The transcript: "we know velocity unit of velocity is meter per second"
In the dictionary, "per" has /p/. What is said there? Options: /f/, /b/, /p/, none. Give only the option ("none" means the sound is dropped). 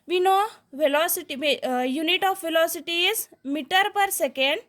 /p/